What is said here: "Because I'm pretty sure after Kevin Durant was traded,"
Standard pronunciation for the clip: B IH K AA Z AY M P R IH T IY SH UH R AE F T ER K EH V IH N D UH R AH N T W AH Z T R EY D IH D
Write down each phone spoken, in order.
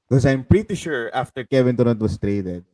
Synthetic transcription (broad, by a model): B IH K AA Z AY M P R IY T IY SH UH R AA F T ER K EH V IH N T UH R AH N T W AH S T R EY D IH D